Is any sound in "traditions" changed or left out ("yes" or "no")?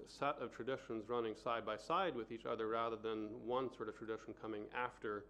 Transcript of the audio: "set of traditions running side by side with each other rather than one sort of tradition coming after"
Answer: no